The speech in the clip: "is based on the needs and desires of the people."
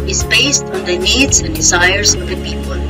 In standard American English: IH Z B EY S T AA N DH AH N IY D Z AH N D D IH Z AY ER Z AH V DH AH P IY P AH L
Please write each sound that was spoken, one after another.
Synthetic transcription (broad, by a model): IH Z B EY S T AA N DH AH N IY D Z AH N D D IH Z AY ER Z AH V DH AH P IY P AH L